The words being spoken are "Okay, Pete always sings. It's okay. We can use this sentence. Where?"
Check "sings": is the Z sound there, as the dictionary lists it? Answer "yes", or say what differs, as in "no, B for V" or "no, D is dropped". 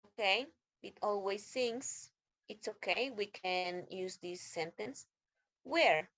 no, S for Z